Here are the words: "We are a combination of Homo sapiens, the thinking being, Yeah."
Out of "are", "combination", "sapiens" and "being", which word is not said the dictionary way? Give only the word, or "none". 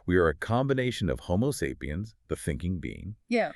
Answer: none